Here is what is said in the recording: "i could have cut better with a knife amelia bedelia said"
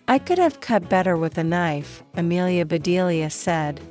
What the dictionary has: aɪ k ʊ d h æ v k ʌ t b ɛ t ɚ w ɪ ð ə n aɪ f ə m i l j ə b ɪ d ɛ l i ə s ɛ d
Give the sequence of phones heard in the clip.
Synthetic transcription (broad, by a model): aɪ k ʊ d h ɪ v k ʌ t b ɛ t ɚ w ɪ ð ə n aɪ f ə m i l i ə b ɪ d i l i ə s ɛ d